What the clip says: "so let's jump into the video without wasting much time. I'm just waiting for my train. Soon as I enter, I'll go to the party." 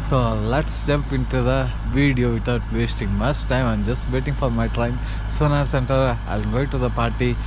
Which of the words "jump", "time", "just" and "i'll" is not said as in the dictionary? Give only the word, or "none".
jump